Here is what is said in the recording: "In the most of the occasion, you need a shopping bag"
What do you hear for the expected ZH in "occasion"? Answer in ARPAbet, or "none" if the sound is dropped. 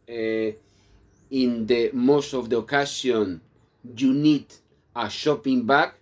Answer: S